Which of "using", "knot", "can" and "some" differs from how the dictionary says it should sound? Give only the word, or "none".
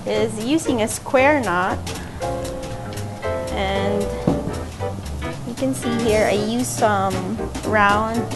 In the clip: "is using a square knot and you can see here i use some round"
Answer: none